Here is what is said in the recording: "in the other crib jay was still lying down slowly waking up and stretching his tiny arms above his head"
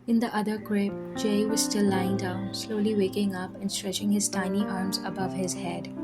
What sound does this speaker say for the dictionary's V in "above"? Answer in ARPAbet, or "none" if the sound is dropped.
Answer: V